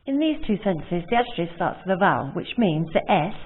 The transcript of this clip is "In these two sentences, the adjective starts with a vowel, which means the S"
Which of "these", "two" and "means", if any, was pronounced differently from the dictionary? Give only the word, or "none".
none